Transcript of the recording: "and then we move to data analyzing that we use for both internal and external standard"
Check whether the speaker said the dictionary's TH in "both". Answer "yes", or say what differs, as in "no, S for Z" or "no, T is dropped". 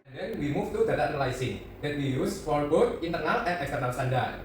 no, T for TH